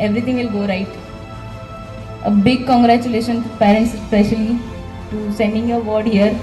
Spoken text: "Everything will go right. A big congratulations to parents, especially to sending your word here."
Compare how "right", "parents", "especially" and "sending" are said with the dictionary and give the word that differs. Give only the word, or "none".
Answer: none